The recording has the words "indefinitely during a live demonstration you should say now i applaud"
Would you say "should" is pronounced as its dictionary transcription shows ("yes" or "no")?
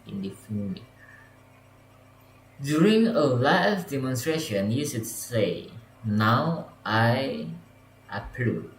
no